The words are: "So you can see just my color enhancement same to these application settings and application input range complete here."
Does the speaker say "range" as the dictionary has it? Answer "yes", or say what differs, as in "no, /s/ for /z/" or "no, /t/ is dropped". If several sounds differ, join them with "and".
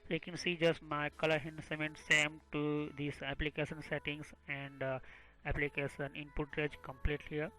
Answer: no, /n/ is dropped